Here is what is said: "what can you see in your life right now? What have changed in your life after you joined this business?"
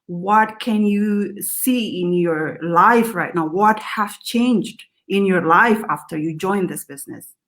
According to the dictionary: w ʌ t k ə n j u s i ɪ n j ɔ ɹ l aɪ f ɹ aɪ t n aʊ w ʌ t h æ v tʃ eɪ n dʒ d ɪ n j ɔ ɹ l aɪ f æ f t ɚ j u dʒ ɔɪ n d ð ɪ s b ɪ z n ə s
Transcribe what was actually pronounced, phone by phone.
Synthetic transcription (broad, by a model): w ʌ t k ə n j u s i ɪ n j ɔ ɹ l aɪ f ɹ aɪ t n aʊ w ʌ t h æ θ tʃ eɪ n dʒ d ɪ n j ɔ ɹ l aɪ f æ f t ɚ j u dʒ ɔɪ n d ð ɪ s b ɪ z n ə s